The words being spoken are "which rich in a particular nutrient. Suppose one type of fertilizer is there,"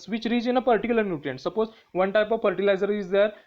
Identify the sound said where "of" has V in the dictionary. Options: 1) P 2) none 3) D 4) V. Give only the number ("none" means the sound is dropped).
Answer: 4